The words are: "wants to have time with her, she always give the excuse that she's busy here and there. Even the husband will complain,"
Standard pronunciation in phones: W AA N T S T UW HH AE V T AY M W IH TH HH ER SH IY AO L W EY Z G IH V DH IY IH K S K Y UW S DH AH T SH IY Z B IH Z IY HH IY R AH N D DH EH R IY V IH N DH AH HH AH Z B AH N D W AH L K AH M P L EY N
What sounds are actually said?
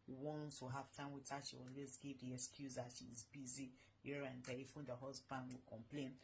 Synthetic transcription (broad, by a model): W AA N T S T UW HH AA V T AY M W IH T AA SH IY AO L W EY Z G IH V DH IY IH K S K Y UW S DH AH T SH IY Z B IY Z IY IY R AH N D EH L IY F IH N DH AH HH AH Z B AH N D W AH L K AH M P L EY N